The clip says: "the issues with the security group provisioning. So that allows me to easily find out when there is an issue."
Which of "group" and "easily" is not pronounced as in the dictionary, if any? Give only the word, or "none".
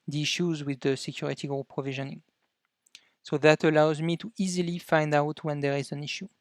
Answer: group